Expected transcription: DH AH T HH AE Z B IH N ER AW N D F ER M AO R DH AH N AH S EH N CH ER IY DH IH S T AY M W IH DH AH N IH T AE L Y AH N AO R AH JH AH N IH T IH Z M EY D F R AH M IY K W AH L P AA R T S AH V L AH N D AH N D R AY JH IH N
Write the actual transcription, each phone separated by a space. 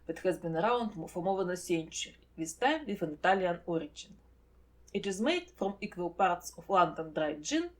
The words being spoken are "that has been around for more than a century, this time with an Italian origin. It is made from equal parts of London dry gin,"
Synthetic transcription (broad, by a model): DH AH T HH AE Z B IH N ER AW N D F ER M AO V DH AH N AH S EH N CH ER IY DH IH S T AY M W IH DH AH N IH T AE L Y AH N AO R AH JH AH N IH T IH Z M EY D F R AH M IY K W AH L P AA R T S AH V L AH N D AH N D R AY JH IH N